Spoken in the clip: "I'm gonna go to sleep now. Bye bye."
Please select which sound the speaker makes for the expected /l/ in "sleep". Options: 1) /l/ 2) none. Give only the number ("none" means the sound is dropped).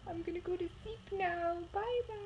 2